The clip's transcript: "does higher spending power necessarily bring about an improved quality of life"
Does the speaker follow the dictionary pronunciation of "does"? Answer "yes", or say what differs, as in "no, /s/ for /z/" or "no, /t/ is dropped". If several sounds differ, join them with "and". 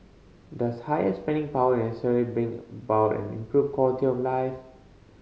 no, /s/ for /z/